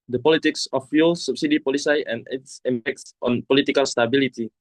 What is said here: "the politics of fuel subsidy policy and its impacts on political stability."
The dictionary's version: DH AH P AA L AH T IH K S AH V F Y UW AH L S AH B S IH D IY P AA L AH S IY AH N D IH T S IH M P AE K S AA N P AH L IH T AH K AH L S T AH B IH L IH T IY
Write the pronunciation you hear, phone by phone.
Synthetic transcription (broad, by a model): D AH P AA L AH T IH K S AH F Y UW L S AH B S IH D IY P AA L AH S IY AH N IH T S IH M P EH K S AA N P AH L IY T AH K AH L S T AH B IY L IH T IY